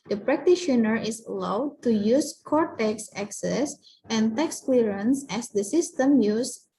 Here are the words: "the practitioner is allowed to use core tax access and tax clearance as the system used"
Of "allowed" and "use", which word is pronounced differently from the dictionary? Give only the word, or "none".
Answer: none